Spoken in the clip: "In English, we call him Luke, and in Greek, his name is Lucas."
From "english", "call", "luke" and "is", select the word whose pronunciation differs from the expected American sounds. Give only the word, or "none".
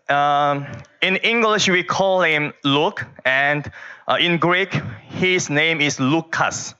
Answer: is